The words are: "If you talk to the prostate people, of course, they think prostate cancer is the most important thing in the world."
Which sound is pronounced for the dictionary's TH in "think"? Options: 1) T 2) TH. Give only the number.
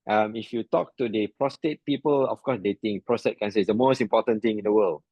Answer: 1